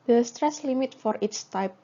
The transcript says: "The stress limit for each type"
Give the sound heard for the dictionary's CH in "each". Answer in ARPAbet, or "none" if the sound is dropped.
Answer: S